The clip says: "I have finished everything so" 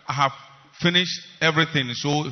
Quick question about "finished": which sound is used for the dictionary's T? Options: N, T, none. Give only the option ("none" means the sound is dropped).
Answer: T